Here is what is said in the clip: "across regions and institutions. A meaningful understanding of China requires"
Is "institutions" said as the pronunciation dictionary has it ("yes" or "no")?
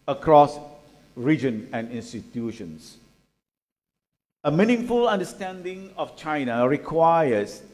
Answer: no